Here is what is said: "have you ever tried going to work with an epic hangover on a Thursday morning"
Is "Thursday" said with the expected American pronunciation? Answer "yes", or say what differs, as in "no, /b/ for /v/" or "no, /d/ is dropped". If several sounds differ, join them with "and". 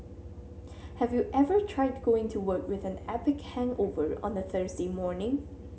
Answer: yes